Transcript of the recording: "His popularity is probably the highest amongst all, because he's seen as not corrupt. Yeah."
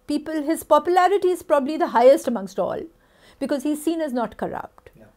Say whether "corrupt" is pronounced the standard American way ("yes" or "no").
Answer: yes